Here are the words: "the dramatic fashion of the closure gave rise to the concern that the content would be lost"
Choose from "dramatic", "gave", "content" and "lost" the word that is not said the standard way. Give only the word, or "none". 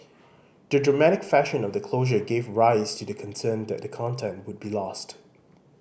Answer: none